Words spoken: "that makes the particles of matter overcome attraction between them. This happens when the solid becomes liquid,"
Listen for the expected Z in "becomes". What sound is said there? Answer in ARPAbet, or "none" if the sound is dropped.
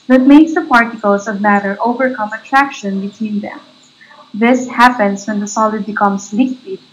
S